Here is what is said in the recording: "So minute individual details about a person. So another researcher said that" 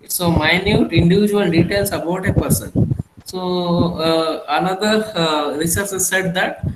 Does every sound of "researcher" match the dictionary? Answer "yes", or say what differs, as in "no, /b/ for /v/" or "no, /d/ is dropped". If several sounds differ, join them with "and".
no, /s/ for /tʃ/